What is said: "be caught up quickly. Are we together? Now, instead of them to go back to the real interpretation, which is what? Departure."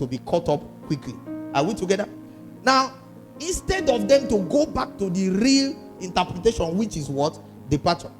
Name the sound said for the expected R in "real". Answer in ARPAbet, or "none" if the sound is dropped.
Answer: R